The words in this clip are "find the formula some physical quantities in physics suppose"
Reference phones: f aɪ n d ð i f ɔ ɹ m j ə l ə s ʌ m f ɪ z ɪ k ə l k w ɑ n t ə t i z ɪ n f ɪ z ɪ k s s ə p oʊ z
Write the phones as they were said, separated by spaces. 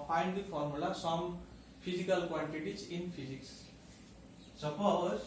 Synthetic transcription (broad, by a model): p aɪ n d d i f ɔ ɹ m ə l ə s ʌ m p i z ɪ k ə l k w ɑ n t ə t i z ɪ n p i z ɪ k s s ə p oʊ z